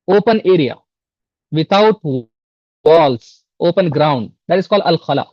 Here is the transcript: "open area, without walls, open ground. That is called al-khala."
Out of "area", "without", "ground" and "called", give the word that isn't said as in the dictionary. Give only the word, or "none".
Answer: without